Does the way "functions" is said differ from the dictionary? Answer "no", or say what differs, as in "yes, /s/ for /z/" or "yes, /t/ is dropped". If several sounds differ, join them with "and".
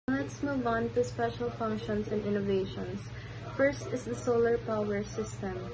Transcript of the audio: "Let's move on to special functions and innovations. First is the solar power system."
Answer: yes, /s/ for /z/